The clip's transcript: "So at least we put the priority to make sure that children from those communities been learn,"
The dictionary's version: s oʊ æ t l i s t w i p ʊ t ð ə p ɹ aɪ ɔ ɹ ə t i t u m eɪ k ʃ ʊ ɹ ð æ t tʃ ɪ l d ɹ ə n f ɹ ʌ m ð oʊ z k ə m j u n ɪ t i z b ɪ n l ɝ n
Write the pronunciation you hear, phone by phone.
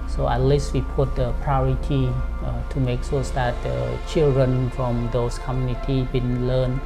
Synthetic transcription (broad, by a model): s oʊ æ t l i s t w i p ʊ t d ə p ɹ aɪ ɔ ɹ ə t i t u m eɪ k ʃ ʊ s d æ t tʃ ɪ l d ɹ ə n f ɹ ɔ m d oʊ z k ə m j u n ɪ t i b ɪ n l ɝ n